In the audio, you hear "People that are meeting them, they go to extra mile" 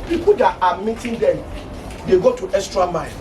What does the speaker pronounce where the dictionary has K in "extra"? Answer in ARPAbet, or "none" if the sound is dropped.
none